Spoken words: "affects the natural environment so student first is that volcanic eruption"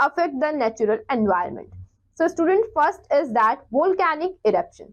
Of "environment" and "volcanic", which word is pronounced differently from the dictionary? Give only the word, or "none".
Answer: environment